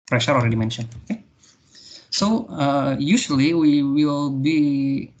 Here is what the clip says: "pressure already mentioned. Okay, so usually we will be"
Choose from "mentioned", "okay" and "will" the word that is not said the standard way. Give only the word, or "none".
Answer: mentioned